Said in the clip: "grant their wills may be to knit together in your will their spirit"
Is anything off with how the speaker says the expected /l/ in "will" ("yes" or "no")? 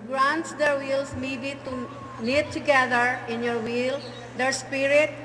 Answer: no